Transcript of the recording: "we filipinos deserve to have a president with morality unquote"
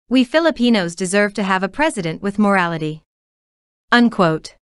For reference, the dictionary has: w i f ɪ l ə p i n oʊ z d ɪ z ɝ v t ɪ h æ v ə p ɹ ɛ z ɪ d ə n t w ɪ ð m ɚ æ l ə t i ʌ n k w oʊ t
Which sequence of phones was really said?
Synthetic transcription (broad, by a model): w i f ɪ l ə p i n oʊ z d ɪ z ɝ v t ɪ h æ v ə p ɹ ɛ z ɪ d ə n t w ɪ ð m ɚ æ l ə t i ʌ n k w oʊ t